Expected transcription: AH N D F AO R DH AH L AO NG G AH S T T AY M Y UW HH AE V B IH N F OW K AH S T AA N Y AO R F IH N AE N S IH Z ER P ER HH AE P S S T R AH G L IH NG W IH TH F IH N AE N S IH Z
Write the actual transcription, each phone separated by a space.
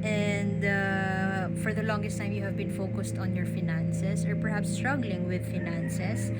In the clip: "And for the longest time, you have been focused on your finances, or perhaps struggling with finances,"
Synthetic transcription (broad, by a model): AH N D F AO R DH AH L AO NG G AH S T T AY M Y UW HH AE V B IH N F OW K AH S T AA N Y AO R F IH N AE N S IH S ER P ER HH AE P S S T R AH G L IH NG W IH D F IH N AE N S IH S